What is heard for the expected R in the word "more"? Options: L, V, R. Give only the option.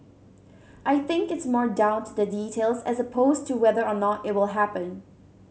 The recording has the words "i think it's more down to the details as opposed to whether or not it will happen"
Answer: R